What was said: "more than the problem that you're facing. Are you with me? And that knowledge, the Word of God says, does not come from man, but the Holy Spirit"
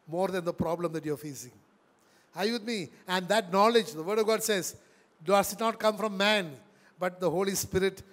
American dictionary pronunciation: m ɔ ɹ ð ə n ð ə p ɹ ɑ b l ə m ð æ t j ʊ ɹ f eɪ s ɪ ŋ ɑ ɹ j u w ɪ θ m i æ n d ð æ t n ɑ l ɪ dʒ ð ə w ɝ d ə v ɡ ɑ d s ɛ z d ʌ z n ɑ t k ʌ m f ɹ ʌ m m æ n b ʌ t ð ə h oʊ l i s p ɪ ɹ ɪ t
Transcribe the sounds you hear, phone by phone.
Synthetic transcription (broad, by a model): m ɔ ɹ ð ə n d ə p ɹ ɑ b l ə m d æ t j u ɹ f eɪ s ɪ ŋ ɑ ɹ j u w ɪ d m i æ n d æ t n ɑ l ɪ dʒ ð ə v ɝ d ə v ɡ ɑ d s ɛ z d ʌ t n ɑ t k ʌ m f ɹ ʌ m m æ n b ʌ t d ə h oʊ l i s p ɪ ɹ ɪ t